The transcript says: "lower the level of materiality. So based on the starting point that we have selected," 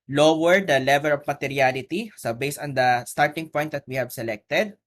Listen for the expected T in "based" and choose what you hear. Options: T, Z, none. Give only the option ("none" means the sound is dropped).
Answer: none